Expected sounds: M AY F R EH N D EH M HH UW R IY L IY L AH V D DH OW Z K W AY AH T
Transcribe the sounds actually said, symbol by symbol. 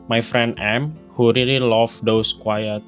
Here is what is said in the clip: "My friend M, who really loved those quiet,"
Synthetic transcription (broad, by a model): M AY F R EH N D EH M HH UW R IY L IY L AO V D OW S K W AY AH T